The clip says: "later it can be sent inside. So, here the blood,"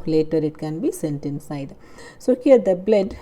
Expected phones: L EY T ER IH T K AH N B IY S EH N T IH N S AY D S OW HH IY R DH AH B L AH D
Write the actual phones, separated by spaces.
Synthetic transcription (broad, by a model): L EY T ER IH T K AH N B IY S EH N T IH N S AY D S OW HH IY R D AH B L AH D